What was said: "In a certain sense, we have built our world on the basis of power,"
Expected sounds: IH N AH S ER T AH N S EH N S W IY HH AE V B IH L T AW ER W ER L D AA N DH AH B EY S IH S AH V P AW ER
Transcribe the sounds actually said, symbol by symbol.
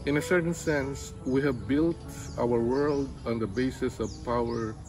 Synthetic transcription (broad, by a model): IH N AH S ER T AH N S EH N S W IY HH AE V B IH L T AW ER W ER L D AA N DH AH B EY S IH S AH V P AW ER